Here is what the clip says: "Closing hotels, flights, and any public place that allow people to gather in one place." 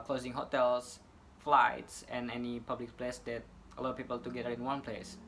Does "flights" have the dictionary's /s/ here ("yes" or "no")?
yes